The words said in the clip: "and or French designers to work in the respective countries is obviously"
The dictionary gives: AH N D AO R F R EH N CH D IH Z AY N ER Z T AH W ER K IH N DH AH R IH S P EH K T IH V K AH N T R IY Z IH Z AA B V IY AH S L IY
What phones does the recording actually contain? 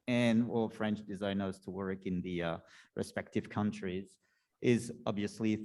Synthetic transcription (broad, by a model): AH N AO L F R EH N CH D IH Z AY N ER Z T AH W ER K IH N DH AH R IH S P EH K T IH V K AH N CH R IY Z IH Z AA B V IY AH S L IY